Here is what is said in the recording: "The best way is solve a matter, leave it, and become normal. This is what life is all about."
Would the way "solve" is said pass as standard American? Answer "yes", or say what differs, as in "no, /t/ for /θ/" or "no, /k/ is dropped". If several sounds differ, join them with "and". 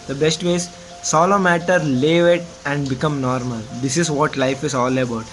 no, /v/ is dropped